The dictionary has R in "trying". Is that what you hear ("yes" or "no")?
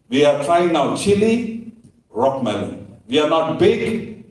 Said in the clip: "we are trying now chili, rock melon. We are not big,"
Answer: no